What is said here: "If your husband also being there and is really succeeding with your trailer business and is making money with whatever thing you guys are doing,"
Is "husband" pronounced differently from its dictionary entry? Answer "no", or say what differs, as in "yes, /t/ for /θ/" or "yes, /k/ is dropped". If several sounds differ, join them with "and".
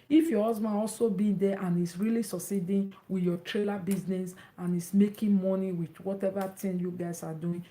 yes, /d/ is dropped